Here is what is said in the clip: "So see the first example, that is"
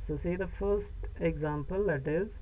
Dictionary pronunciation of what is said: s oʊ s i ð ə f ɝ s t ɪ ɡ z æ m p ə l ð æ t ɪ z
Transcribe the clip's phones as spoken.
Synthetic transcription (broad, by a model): s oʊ s i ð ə f ɝ s t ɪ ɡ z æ m p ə l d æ t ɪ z